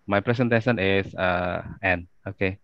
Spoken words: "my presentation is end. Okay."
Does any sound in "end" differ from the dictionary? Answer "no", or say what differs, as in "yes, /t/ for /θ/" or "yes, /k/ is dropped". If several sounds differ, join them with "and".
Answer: yes, /d/ is dropped